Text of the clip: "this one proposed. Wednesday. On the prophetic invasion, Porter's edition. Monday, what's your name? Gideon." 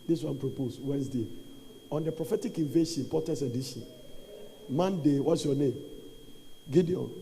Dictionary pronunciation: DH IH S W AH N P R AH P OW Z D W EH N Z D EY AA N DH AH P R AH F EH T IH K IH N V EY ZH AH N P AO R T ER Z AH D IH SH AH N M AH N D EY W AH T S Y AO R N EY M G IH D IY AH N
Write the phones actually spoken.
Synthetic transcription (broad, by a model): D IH S W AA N P R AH P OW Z W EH N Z D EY AA N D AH P R AH F EH T IH K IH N V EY SH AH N P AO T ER S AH D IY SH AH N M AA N D EY W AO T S Y AO N EY M G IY D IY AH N